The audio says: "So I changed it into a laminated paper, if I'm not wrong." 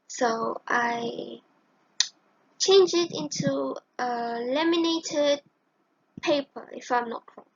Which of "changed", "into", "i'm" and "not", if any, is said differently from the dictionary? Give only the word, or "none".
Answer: changed